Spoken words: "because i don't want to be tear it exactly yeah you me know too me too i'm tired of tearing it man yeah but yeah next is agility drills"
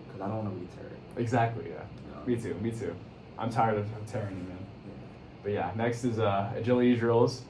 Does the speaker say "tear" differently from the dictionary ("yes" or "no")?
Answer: no